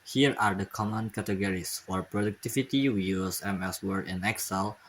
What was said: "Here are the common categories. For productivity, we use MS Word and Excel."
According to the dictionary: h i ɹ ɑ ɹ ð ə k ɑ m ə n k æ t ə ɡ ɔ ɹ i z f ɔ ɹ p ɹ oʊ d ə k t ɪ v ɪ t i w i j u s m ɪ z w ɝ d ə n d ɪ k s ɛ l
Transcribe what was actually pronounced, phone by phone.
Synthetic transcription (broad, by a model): h i ɹ ɑ ɹ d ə k ɑ m ə n k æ t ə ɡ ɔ ɹ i s f ɔ ɹ p ɹ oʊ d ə k t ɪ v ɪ t i w i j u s m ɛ s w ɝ ə n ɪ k s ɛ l